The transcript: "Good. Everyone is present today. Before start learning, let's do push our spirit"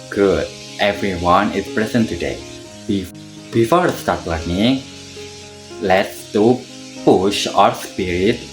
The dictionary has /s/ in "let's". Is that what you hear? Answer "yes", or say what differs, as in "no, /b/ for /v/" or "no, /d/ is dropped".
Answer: yes